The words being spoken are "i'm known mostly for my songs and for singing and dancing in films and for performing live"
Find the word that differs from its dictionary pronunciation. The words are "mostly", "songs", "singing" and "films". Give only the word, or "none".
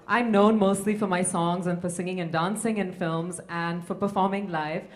none